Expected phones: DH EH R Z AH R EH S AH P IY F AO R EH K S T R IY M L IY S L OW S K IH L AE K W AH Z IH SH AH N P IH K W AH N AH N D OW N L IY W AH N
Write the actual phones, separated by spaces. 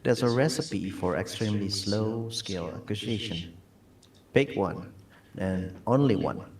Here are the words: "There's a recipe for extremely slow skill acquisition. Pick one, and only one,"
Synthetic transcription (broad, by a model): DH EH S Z AH R EH S AH P IY F AO R EH K S T R IY M L IY S L OW S K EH L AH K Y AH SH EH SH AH N B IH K W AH N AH N OW N L IY W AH N